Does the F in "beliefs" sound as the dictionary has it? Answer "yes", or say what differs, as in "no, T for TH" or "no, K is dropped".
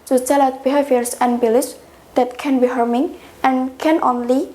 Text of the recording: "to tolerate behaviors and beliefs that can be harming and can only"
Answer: no, F is dropped